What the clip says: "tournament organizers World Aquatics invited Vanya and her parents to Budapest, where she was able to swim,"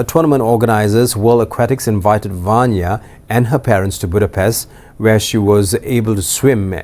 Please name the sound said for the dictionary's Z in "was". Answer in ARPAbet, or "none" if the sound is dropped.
Z